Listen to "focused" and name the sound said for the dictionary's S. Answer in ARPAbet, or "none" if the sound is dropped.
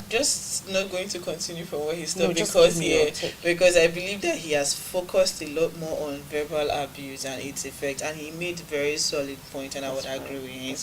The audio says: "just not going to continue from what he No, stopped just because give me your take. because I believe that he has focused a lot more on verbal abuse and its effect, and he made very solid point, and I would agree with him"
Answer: S